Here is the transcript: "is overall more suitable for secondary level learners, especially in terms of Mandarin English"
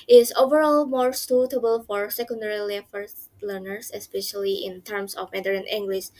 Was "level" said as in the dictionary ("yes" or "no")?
no